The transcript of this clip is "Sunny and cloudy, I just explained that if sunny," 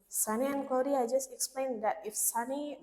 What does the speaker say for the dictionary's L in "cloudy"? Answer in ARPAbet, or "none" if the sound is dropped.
none